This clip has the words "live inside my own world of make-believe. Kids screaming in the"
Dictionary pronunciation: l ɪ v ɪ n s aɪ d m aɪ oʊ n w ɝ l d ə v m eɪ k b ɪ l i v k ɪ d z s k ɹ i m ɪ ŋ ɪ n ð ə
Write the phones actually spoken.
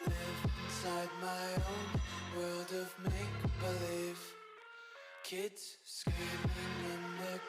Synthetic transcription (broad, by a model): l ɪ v ɪ n s aɪ d m aɪ oʊ n w ɝ l d ə v m eɪ k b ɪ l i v k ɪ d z s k i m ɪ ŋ ɪ n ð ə